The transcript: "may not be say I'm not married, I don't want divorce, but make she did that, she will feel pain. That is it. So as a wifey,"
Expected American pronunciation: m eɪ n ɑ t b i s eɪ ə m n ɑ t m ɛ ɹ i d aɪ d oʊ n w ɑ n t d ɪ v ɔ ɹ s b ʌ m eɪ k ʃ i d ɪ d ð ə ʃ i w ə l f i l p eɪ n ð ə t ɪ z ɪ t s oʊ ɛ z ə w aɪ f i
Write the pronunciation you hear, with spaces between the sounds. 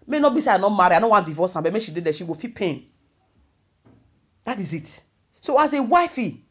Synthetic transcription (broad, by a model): m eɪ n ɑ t b i s eɪ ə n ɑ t m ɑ ɹ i aɪ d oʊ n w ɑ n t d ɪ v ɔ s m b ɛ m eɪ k ʃ i d ɪ d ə ʃ i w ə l f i p eɪ n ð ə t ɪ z ɪ t s oʊ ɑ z ə w aɪ f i